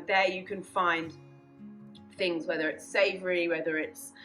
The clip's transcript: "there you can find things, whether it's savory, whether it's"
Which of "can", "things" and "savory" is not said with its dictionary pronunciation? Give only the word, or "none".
none